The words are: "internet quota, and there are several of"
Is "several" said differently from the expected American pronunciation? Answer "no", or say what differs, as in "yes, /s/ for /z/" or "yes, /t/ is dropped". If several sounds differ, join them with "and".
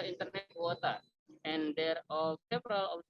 yes, /p/ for /v/